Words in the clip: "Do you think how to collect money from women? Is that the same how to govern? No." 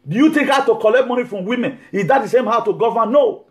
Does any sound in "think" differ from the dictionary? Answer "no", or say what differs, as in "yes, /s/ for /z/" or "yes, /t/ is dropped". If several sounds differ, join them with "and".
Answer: yes, /t/ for /θ/